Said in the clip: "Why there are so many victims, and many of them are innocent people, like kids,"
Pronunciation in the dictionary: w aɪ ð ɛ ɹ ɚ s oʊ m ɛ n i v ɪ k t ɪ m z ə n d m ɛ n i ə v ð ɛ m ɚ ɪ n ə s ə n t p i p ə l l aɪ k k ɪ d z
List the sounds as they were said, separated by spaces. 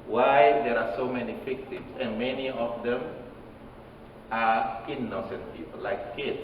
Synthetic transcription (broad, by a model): w aɪ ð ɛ ɹ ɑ s oʊ m ɛ n i f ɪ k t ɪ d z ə n m ɛ n i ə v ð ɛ m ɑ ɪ n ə s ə n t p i p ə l l aɪ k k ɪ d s